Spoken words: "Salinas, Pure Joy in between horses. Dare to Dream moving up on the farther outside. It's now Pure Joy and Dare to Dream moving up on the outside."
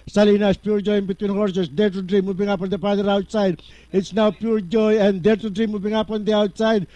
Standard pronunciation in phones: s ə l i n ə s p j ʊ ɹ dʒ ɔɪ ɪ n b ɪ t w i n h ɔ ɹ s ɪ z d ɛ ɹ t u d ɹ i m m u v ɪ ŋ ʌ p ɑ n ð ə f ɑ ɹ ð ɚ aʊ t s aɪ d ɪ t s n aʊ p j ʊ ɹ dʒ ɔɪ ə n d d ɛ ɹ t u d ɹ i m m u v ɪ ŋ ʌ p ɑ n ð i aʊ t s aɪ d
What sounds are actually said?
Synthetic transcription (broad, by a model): s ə l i n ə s p j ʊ ɹ dʒ ɔɪ ɪ n b ɪ t w i n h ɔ ɹ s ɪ s d ɛ ɹ t u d ɹ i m m u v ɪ ŋ ʌ p ɑ n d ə p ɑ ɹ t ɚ aʊ t s aɪ d ɪ t s n aʊ p j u ɹ dʒ ɔɪ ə n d d ɛ ɹ t u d ɹ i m m u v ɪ ŋ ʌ p ɑ n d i aʊ t s aɪ d